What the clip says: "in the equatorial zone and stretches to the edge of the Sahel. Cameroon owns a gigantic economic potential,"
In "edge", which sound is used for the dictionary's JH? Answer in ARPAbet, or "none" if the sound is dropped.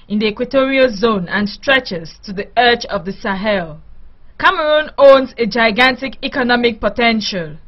CH